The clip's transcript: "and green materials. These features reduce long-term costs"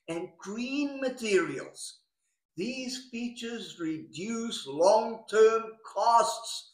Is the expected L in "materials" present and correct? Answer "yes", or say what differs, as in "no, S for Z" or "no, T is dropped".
yes